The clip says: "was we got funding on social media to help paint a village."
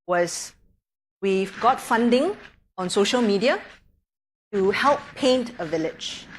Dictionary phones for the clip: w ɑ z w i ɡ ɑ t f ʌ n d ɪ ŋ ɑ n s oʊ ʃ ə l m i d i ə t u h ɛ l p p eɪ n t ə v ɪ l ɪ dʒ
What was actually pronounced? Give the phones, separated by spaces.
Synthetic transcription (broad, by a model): w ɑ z w i ɡ ɑ t f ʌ n d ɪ ŋ ɑ n s oʊ ʃ ə l m i d i ə t u h ɛ l p p eɪ n t ə v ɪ l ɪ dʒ